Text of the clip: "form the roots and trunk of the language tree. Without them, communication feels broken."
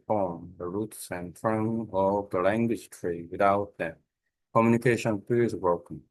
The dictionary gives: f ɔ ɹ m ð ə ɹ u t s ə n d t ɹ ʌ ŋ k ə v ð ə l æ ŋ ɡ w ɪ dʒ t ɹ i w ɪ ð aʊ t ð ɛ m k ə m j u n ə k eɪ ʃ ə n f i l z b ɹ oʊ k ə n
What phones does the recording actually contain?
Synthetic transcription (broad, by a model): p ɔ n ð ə ɹ u t s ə n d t ɹ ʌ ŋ ə v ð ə l æ ŋ ɡ w ɪ dʒ t ɹ i w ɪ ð aʊ t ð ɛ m k ə m j u n ə k eɪ ʃ ə n p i z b ɹ oʊ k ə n